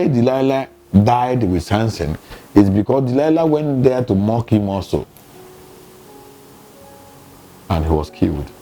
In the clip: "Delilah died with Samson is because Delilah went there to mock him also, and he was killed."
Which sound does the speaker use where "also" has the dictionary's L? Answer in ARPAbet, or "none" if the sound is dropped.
none